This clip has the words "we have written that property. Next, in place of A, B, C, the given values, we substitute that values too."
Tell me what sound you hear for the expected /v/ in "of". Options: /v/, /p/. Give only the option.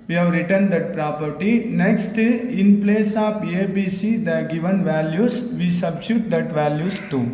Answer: /p/